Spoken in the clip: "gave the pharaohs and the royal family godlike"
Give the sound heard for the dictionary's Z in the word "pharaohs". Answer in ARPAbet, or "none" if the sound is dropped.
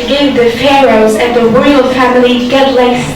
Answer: Z